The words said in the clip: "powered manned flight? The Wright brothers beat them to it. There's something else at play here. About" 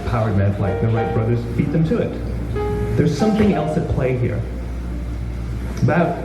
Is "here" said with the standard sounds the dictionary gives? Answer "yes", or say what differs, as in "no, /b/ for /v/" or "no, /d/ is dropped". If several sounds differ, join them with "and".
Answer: yes